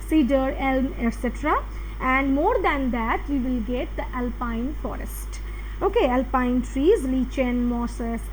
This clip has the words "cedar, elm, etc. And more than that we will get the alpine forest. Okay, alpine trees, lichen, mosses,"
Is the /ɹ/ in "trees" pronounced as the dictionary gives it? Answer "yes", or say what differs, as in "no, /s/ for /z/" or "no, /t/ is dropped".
yes